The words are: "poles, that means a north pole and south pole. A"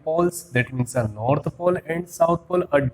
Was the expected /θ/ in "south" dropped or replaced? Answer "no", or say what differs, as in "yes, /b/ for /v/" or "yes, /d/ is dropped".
yes, /t/ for /θ/